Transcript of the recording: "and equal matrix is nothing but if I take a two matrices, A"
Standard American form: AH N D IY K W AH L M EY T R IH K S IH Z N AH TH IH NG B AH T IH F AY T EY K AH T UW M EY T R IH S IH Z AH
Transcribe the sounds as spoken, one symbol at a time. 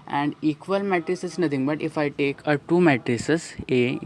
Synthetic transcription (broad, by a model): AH N D IY K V AH L M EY T R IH S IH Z N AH T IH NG B AH T IH F AY T EY K AH T UW M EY T R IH S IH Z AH